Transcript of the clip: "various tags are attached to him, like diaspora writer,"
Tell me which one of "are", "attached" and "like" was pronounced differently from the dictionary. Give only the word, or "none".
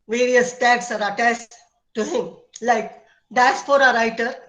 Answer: attached